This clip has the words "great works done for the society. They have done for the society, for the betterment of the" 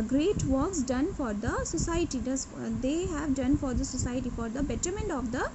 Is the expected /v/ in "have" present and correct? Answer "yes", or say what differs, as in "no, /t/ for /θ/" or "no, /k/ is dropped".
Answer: yes